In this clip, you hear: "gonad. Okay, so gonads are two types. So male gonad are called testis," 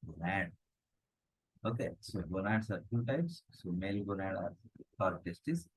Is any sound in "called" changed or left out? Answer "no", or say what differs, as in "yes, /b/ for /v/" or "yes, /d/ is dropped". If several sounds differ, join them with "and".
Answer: yes, /l/ is dropped